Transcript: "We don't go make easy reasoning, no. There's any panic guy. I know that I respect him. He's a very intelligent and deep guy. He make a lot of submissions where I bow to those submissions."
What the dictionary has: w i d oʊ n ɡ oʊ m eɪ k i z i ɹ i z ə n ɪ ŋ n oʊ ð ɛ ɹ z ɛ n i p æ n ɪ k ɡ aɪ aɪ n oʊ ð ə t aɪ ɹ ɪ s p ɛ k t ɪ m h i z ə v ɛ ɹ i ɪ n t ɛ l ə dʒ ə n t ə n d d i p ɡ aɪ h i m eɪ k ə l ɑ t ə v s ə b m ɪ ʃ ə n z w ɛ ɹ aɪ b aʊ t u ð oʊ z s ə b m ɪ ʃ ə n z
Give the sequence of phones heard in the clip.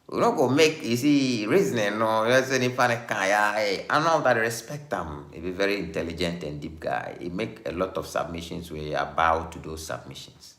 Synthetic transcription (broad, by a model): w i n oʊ ɡ oʊ m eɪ k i s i ɹ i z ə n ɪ n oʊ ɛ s ɛ n i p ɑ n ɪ k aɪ aɪ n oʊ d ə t ɹ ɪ s p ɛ k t ɪ m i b ə v ɛ ɹ i ɪ n t ɛ l ə dʒ ə n t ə n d d i p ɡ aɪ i m eɪ k ə l ɑ t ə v s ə b m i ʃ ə n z w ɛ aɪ b aʊ t u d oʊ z s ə b m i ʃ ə n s